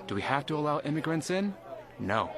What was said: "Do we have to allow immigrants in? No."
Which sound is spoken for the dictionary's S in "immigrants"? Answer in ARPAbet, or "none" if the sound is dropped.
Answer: S